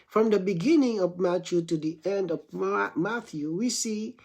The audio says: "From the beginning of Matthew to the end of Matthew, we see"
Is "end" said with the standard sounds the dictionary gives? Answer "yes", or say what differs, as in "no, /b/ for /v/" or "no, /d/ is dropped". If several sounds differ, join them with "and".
yes